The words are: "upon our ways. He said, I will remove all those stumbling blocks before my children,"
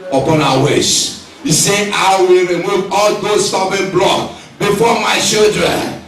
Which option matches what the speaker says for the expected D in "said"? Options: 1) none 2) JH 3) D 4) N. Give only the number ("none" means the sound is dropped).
1